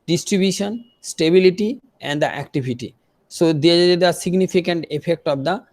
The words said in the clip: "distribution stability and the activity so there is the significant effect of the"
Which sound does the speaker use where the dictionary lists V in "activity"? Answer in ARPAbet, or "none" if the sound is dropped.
B